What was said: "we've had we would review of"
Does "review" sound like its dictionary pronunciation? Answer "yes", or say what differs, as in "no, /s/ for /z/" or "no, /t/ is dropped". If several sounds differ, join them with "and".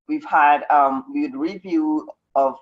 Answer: yes